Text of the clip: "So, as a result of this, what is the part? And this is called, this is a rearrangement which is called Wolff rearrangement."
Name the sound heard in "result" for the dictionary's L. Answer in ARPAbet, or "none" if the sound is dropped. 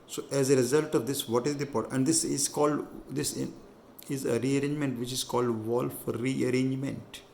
L